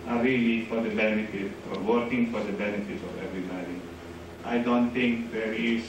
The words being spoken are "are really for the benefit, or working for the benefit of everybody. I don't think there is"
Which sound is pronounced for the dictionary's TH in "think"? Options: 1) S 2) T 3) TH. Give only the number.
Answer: 2